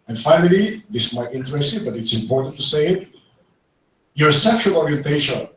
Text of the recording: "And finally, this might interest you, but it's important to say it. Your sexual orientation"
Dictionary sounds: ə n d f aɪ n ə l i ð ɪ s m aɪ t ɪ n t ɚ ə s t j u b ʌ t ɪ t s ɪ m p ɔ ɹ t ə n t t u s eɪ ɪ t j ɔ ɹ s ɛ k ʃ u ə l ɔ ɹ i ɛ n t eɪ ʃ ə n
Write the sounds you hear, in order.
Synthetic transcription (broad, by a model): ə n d f aɪ n ə l i ð ɪ s m aɪ t ɪ n t ɚ ə s t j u b ʌ t ɪ t s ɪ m p ɔ ɹ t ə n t t u s eɪ ɪ t j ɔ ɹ s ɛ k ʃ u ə l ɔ ɹ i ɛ n t eɪ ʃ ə n